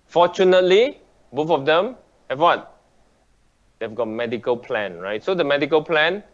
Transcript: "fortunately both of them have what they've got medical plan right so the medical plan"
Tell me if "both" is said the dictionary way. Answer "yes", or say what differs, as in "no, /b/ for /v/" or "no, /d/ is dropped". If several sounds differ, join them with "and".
no, /f/ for /θ/